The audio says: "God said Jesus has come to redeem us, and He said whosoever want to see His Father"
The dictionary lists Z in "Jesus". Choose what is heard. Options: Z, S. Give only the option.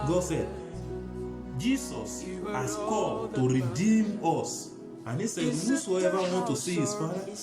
S